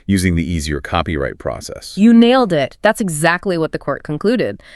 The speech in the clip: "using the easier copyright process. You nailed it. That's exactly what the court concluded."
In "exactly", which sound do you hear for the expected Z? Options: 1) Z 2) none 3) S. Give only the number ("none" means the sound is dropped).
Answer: 1